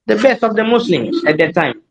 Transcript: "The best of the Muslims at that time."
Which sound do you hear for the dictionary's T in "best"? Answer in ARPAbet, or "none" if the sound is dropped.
T